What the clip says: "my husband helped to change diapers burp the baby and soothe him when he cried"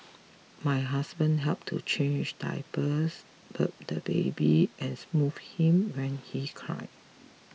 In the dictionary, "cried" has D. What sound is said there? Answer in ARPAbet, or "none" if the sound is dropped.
none